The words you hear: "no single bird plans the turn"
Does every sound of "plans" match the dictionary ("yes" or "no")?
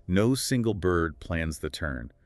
yes